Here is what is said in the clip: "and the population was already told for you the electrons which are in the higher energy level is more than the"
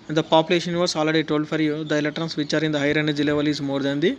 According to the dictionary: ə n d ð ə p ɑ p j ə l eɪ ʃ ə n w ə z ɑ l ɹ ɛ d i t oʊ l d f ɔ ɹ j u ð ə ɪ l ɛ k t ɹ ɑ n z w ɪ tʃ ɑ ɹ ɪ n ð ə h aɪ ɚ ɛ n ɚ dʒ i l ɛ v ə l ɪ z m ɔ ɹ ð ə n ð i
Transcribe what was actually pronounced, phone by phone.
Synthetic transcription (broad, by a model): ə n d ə p ɑ p j ə l eɪ ʃ ə n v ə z ɑ l ɹ ɛ d i t oʊ l d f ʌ ɹ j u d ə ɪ l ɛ t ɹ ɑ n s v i tʃ ɑ ɹ ɪ n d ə h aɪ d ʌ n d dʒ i l ɛ v ə l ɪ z m ɔ ɹ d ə n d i